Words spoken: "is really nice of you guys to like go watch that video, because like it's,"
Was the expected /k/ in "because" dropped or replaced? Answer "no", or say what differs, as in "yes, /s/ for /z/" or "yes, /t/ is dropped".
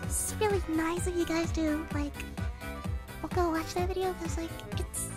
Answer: yes, /k/ is dropped